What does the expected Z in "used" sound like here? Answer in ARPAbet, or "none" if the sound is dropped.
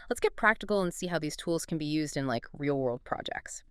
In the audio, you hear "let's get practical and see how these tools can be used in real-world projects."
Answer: Z